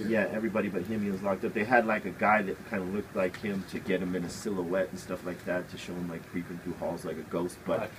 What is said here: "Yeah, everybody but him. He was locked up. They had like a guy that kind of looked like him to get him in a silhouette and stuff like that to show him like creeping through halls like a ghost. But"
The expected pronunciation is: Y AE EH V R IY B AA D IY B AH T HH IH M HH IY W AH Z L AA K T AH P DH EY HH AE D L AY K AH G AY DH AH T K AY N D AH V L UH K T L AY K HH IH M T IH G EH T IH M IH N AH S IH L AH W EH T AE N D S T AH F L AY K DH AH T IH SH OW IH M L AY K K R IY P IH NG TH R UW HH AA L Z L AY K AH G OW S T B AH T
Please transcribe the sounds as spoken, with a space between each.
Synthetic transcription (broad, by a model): Y AE EH V R IY B AA D IY B AH T HH IH M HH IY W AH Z L AA K T AH P DH EY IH D L AY K AH G AY DH AH T K AY N D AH L UH K T L AY K HH IH M T IH G EH T IH M IH N AH S IH L AH W EH T N S T AH F L AY K DH AH T IH SH OW IH M L AY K K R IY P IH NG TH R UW HH AA L Z L AY K AH G OW S T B AH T